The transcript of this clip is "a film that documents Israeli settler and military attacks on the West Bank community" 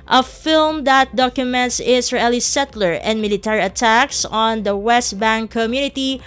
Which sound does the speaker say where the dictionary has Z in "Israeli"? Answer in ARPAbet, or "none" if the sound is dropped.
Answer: S